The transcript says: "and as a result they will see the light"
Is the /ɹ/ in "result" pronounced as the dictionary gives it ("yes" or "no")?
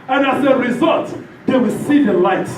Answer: yes